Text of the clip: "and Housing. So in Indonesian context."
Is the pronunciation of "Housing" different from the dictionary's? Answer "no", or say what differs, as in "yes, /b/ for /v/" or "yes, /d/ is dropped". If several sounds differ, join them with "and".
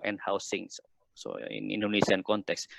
yes, /s/ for /z/